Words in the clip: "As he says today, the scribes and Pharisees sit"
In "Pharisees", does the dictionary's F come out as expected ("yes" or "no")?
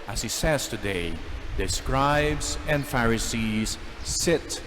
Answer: yes